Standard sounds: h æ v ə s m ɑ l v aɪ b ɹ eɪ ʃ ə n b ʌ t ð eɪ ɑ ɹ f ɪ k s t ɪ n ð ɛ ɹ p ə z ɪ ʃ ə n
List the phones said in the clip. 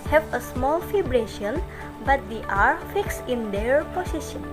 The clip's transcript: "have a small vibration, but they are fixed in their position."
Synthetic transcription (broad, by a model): h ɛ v ə s m ɑ l f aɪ b ɹ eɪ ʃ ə n b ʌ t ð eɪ ɑ ɹ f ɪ k s ɪ n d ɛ ɹ p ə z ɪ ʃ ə n